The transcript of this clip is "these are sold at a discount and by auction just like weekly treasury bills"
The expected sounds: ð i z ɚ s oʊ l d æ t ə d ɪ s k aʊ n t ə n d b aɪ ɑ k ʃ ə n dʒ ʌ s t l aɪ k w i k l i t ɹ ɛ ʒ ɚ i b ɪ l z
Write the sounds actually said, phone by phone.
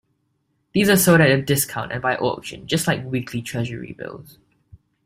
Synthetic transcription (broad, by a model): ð i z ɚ s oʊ d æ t ə d ɪ s k aʊ n t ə n b aɪ ɑ k ʃ ə n dʒ ʌ s t l aɪ k w i k l i t ɹ ɛ ʒ ɚ i b ɪ l z